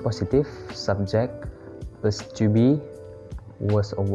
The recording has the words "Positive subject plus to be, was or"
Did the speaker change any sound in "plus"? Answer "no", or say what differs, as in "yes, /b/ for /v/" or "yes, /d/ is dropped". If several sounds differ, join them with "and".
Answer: yes, /l/ is dropped